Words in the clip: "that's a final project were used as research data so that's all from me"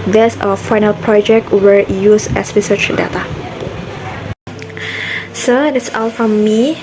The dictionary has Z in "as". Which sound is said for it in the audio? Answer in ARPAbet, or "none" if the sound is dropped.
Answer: S